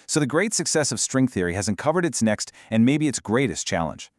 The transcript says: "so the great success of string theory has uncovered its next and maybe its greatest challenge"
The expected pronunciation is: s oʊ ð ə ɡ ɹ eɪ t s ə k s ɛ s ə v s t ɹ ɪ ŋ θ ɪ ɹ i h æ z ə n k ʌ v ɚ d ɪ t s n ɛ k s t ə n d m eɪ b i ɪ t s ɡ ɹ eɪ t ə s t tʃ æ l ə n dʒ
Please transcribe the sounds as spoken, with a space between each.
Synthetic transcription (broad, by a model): s oʊ ð ə ɡ ɹ eɪ t s ə k s ɛ s ə v s t ɹ ɪ ŋ θ ɪ ɹ i h æ z ə n k ʌ v ɚ d ɪ t s n ɛ k s t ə n m eɪ b i ɪ t s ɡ ɹ eɪ t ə s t tʃ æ l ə n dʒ